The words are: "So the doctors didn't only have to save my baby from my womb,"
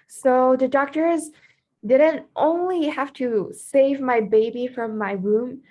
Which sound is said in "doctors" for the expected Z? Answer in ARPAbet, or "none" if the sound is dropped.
Z